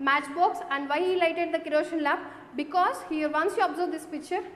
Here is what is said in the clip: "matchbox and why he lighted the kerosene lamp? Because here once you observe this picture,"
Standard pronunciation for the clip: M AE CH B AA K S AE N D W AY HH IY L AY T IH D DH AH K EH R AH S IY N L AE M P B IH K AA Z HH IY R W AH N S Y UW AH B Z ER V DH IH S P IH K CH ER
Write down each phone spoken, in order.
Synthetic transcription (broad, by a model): M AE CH B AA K S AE N D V AY HH IY L AY T IH D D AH K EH R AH SH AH N L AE P B IH K AA Z HH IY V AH N S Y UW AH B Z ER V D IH S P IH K CH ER